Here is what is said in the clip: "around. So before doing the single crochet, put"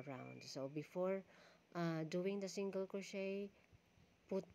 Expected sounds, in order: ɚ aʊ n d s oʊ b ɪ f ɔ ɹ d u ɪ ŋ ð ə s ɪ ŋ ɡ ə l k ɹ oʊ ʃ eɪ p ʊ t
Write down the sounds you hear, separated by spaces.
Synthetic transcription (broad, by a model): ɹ aʊ n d s oʊ b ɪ f ɔ ɹ d u ɪ ŋ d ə s ɪ ŋ ɡ ə l k oʊ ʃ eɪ p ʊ t